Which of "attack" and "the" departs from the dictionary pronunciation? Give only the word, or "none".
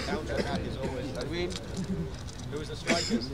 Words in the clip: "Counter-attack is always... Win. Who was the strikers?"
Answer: attack